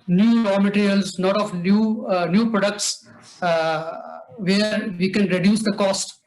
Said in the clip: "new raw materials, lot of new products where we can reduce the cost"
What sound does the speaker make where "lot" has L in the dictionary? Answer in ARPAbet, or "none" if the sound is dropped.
N